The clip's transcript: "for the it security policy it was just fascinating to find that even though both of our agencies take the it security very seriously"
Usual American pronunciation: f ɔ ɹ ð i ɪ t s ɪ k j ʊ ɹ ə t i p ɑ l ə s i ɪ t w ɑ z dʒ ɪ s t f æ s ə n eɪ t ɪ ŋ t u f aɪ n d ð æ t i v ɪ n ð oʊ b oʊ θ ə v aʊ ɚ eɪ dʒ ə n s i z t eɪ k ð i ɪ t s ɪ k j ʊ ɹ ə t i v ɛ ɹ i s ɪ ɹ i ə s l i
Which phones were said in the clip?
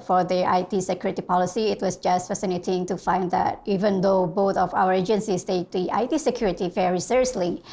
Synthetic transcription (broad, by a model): f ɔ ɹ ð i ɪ t s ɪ k j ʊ ɹ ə t i p ɑ l ə s i ɪ t w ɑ s dʒ ɪ s t f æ s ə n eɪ t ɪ ŋ t u f aɪ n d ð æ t i v ɪ n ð oʊ b oʊ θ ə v aʊ ɚ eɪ dʒ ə n s i s t eɪ k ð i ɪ t s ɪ k j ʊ ɹ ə t i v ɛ ɹ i s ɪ ɹ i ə s l i